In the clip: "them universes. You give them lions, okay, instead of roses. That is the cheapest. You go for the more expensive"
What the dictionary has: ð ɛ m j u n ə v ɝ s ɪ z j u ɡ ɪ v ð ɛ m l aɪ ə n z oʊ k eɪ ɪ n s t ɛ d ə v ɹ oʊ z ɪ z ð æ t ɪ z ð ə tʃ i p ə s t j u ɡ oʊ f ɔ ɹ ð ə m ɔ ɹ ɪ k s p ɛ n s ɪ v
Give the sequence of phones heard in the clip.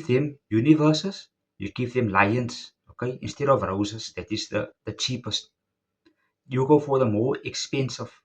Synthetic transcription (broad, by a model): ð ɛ m j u n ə v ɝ s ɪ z j u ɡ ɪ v ð ɛ m l aɪ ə n s oʊ k eɪ ɪ n s t ɛ d ə v ɹ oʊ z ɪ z ð æ t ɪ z ð ə tʃ i p ə s t j u ɡ oʊ f ɔ ɹ ð ə m ɔ ɹ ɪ k s p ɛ n s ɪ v